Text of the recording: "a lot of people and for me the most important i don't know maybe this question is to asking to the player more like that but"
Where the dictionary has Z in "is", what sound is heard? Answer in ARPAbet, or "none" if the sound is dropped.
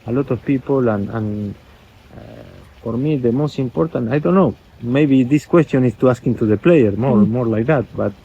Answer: S